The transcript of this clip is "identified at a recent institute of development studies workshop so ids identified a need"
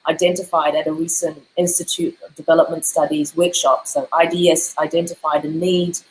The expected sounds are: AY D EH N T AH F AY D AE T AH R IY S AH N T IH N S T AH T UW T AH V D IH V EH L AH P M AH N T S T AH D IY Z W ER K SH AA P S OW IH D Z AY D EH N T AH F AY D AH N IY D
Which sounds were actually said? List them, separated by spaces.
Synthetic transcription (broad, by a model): AY D EH N T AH F AY D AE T AH R IY S AH N T IH N S T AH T UW T AH V D IH V EH L AH P M AH N T S T AH D IY Z W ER K SH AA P S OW IH D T AY D EH N T AH F AY D AH N IY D